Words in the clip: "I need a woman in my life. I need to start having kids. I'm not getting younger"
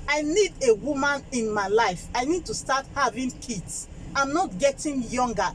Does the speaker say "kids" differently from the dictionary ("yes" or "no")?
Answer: yes